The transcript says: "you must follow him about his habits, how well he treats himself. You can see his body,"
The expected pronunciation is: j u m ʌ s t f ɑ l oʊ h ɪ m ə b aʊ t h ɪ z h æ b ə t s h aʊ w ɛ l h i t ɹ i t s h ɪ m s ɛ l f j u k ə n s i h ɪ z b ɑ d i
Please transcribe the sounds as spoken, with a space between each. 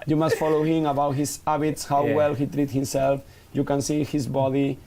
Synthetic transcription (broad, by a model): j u m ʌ s t f ɑ l oʊ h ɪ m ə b aʊ t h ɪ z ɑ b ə t s h aʊ w ɛ l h i t ɹ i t h ɪ m s ɛ l f j u k ə n s i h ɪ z b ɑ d i